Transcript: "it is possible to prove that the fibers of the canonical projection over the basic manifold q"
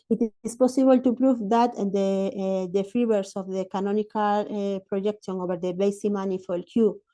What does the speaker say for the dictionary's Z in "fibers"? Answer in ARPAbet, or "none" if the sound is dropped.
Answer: S